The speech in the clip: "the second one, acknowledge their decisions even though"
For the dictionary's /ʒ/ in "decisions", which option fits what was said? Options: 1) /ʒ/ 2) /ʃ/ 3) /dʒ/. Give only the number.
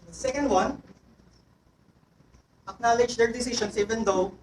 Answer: 2